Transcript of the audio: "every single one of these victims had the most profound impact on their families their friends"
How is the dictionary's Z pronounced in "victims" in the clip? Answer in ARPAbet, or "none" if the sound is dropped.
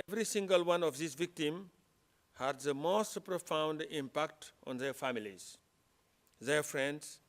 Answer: none